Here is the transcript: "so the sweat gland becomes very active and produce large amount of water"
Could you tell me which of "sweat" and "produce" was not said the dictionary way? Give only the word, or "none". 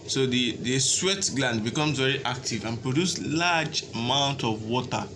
none